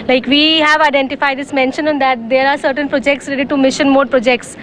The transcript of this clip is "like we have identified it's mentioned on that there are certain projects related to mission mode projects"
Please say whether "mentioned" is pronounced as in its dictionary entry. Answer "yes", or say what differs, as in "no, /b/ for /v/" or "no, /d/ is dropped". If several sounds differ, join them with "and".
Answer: no, /d/ is dropped